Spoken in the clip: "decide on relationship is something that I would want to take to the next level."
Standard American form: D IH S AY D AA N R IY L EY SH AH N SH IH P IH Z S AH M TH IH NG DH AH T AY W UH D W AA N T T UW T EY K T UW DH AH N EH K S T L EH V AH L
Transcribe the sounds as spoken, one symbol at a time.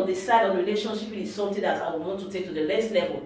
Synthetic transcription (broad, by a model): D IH S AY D AA N R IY L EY SH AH N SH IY P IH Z S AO M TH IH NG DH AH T AY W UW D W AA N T T UW T EY K T UW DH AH L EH S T L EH V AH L